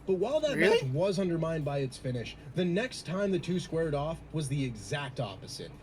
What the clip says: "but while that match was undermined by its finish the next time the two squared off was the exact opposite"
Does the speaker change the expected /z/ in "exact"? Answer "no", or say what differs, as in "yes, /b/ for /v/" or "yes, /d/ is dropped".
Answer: no